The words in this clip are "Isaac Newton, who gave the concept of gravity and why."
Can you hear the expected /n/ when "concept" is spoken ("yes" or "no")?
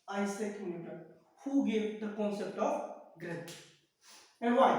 yes